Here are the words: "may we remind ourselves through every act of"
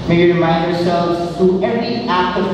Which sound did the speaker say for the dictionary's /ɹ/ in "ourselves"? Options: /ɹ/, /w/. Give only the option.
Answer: /ɹ/